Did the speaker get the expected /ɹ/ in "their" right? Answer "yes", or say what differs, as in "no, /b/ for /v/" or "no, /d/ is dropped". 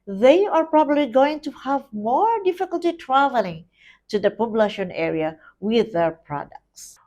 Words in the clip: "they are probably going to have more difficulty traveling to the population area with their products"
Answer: yes